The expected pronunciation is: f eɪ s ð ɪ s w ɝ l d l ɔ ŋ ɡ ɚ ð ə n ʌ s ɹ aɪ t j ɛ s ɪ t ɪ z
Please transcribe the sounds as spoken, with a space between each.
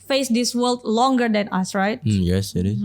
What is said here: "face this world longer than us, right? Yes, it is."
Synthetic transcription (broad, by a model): f eɪ s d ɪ s w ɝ l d l ɔ ŋ ɡ ɚ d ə n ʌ s ɹ aɪ t j ɛ s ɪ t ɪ